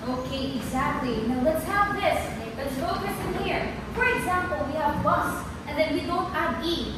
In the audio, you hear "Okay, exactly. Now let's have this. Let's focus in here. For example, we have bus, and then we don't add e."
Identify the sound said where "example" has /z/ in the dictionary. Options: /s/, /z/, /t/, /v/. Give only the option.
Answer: /z/